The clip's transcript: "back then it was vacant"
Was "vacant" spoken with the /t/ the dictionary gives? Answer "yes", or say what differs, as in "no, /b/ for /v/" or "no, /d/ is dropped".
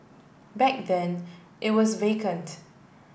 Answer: yes